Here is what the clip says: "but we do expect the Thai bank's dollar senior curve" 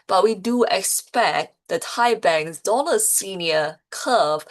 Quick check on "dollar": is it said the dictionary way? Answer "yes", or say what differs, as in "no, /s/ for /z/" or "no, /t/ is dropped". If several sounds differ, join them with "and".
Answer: no, /n/ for /l/